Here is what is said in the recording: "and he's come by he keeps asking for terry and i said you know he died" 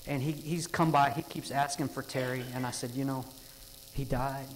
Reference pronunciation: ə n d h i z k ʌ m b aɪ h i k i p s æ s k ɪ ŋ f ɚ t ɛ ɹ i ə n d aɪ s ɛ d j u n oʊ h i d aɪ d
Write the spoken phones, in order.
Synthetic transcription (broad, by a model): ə n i h i z k ʌ m b aɪ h i k i p s æ s k ɪ ŋ f ɚ t ɛ ɹ i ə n aɪ s ɛ d j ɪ n oʊ h i d aɪ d